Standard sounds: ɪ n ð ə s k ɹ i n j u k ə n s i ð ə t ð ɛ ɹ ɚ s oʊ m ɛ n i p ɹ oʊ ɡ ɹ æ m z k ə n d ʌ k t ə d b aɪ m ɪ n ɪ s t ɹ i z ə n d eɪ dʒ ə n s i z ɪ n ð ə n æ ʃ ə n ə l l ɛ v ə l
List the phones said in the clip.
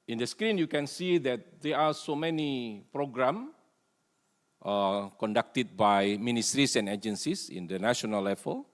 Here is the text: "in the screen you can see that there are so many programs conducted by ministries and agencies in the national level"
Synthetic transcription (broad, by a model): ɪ n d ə s k ɹ i n j u k ə n s i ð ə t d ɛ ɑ s oʊ m ɛ n i p ɹ oʊ ɡ ɹ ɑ m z k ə n d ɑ k t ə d b aɪ m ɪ n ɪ s t ɹ i s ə n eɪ dʒ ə n s i s ɪ n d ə n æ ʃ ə n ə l l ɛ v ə l